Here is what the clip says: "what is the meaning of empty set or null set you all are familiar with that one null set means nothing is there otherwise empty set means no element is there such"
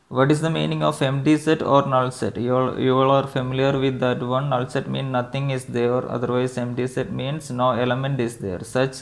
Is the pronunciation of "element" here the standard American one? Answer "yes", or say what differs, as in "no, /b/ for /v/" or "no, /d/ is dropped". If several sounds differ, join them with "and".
yes